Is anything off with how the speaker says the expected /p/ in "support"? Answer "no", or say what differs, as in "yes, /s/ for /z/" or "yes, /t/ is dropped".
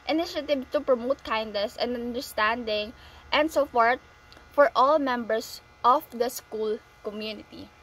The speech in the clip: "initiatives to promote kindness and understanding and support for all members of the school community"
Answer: yes, /f/ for /p/